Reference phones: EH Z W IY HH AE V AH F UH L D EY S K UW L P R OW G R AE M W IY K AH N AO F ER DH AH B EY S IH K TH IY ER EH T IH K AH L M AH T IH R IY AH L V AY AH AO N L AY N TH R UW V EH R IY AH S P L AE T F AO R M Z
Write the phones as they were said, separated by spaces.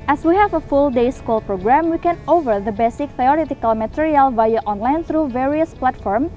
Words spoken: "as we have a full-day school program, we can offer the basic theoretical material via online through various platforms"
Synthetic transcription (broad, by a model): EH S W IY HH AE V AH F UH L D EY S K UW L P R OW G R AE M W IY K AH N AO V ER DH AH B EY S IH K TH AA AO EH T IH K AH L M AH T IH R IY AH L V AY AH AO N L AY N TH R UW V EH R IY AH S P L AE T F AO R M